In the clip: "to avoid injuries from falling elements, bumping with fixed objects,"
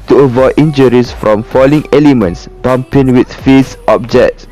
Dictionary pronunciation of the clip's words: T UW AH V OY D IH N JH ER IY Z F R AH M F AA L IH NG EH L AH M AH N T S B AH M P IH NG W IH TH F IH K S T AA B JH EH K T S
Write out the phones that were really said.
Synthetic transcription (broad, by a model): T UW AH V OY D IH N JH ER IY S F R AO M F AA L IH NG EH L AH M AH N T S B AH M P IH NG W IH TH F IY S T AA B JH EH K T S